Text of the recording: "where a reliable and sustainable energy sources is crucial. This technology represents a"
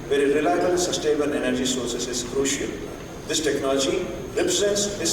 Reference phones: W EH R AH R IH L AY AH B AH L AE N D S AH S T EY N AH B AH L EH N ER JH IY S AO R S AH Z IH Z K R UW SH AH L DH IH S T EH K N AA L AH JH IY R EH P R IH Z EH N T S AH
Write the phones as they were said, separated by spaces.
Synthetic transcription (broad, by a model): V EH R AH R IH L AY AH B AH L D S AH S T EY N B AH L EH N ER JH IY S AO R S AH S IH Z K R UW SH AH L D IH S T EH K N AA L AH JH IY R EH P R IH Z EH N T S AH